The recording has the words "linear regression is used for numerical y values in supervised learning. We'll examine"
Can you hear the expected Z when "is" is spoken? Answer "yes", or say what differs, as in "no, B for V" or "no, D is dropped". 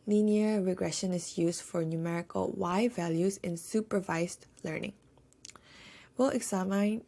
no, S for Z